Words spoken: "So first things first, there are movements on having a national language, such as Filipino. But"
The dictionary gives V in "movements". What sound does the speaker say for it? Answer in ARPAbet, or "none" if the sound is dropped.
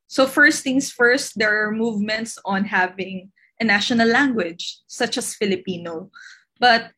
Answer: V